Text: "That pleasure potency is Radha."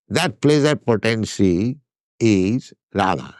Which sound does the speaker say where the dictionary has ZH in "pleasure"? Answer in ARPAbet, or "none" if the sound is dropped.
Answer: Z